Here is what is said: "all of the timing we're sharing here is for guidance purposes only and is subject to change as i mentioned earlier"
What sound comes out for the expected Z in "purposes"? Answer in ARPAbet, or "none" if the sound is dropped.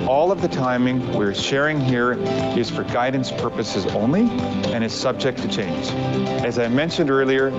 Z